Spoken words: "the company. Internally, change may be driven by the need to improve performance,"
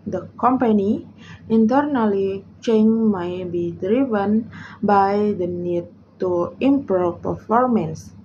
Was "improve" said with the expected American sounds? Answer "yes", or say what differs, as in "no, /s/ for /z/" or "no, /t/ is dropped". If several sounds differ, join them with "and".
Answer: no, /ɹ/ is dropped